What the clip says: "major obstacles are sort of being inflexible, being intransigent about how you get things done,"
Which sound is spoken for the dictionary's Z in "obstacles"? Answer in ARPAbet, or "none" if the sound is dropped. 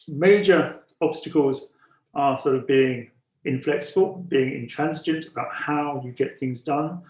Z